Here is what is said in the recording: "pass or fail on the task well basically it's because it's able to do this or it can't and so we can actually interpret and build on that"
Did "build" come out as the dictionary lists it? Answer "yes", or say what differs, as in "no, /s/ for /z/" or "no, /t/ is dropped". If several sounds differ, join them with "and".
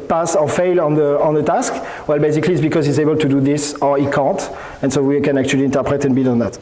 no, /l/ is dropped